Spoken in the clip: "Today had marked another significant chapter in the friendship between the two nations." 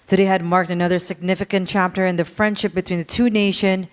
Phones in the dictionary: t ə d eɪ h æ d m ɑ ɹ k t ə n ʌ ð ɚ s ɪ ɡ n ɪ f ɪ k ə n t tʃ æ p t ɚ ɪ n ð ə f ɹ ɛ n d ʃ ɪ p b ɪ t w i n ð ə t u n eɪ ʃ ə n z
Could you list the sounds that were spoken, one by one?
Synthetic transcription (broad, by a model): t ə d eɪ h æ d m ɑ ɹ k t ə n ʌ ð ɚ s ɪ ɡ n ɪ f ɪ k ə n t tʃ æ p t ɚ ɪ n ð ə f ɹ ɛ n d ʃ ɪ p b ɪ t w i n ð ə t u n eɪ ʃ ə n